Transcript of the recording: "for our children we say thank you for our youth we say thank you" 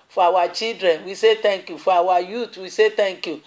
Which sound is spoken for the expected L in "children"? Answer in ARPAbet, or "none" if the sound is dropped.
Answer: none